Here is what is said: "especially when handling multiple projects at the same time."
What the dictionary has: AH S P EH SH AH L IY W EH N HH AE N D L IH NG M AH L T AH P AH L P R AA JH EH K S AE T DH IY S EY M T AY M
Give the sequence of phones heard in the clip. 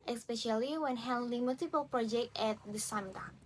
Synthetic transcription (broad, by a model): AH S P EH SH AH L IY W EH N HH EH L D IH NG M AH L T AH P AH L P R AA JH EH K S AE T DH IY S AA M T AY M